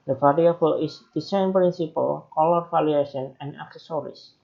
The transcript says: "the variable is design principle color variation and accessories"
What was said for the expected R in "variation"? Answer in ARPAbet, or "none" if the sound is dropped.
L